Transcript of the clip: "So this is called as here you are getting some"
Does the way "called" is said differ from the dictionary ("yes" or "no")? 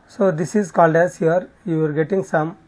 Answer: no